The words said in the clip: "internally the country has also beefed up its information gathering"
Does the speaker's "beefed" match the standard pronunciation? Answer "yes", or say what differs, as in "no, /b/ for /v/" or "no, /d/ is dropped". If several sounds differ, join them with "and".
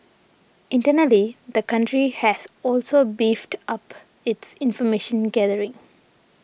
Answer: yes